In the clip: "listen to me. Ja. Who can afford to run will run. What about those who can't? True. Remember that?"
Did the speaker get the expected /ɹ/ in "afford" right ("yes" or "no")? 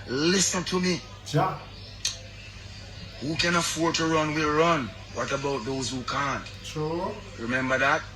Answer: yes